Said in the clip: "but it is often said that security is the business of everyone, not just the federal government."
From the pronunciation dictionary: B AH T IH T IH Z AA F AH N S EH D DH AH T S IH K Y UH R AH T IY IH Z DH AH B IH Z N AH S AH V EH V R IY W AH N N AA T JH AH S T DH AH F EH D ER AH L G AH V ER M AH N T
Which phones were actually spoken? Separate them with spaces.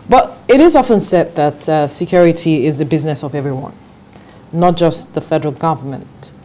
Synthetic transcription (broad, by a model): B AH T IH T IH Z AA F AH N S EH D DH AH T S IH K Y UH R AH T IY IH Z DH AH B IH Z N AH S AH V EH V R IY W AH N N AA T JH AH S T DH AH F EH D ER AH L G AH V ER M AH N T